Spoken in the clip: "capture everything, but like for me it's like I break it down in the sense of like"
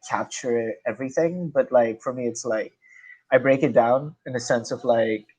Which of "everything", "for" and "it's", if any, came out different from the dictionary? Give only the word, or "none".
none